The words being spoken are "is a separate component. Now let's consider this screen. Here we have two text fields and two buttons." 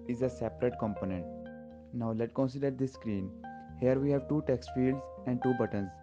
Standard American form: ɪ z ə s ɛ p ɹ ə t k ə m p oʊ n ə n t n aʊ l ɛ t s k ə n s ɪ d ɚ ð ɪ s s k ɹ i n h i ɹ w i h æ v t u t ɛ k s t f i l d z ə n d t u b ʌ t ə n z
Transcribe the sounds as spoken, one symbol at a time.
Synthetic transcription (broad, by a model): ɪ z ə s ɛ p ɹ ə t k ə m p oʊ n ə n t n aʊ l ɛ t k ə n s ɪ d ɚ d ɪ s s k ɹ i n h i ɹ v i h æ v t u t ɛ k s t f i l d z ə n d t u b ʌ t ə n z